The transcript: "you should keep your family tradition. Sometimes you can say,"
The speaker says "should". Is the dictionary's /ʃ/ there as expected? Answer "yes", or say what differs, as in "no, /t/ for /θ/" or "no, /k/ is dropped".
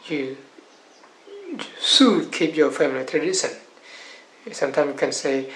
no, /s/ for /ʃ/